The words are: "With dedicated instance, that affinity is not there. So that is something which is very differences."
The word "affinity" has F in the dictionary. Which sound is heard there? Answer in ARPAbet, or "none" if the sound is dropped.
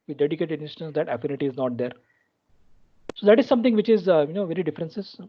F